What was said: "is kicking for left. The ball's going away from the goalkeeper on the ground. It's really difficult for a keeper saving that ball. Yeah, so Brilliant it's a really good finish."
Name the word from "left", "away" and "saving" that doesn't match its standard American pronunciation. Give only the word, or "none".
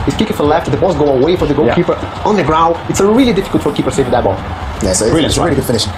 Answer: saving